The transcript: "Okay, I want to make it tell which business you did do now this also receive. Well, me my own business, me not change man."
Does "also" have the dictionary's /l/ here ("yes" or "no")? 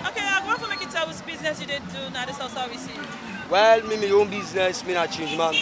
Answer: no